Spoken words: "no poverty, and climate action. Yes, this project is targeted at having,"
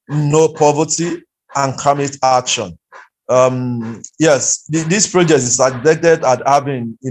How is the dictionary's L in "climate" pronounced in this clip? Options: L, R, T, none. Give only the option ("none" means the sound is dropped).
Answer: none